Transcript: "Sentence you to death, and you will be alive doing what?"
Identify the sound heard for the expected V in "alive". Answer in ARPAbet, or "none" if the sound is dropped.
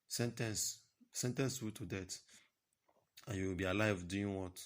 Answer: V